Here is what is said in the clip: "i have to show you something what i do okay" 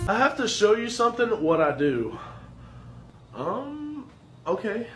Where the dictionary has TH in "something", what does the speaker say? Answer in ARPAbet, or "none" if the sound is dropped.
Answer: TH